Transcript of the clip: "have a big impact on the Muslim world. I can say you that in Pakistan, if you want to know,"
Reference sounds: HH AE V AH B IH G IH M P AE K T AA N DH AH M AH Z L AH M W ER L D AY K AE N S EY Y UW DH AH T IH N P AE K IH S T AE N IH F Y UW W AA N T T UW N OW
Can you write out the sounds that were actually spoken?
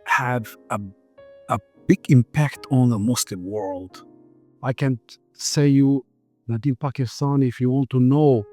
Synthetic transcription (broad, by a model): HH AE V AH B IH G IH M P AE K T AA N DH AH M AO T L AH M W ER L D AY K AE N S EY Y UW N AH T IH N P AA K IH S T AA N IH F Y UW W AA N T T UW N OW